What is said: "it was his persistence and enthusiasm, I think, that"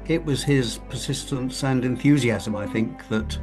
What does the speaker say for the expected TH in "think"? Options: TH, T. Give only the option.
TH